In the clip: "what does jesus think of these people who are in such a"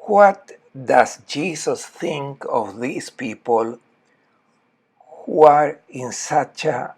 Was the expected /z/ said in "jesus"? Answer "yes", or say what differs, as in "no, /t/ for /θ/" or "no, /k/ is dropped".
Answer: no, /s/ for /z/